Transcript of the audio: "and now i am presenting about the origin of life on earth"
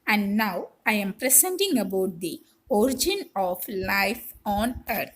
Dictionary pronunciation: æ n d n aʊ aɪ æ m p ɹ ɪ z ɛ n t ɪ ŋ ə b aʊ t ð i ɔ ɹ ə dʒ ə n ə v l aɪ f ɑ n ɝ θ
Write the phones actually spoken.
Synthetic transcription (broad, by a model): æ n d n aʊ aɪ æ m p ɹ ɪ s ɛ n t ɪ ŋ ə b aʊ t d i ɔ ɹ ə dʒ ə n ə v l aɪ f ɑ n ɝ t